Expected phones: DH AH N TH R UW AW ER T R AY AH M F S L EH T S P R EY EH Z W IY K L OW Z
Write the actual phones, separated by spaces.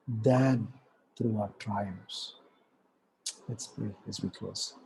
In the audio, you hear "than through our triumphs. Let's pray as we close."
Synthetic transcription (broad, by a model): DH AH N T R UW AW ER T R AY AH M S L EH T S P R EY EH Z W IY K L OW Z